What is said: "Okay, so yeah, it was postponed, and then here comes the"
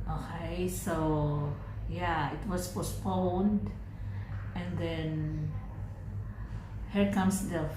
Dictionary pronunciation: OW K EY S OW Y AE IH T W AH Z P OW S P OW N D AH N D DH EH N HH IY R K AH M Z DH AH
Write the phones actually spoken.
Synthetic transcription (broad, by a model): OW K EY S OW Y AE IH T W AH S P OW S P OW N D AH N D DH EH N HH IY R K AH M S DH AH